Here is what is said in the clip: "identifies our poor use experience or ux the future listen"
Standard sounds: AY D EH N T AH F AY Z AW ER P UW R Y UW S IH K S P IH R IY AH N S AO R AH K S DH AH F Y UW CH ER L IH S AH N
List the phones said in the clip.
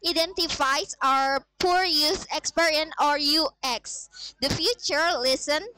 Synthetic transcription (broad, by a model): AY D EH N T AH F AY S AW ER P UW R Y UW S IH K S P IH R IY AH N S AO R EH K S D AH F Y UW CH ER L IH S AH N